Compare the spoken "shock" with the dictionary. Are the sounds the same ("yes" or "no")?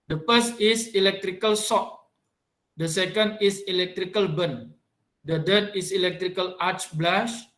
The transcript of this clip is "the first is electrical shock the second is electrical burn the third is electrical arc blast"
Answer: no